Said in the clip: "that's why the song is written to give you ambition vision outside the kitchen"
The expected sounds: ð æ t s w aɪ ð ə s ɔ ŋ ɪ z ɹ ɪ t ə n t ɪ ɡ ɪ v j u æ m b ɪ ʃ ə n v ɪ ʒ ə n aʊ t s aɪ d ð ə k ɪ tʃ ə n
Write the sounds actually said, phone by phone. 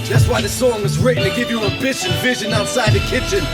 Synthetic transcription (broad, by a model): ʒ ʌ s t w aɪ ð ə s ɔ ŋ ɪ z ɹ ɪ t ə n t ɪ ɡ ɪ v j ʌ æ b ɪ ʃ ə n v ɪ ʒ ə n aʊ t s aɪ d ð ə k ɪ tʃ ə n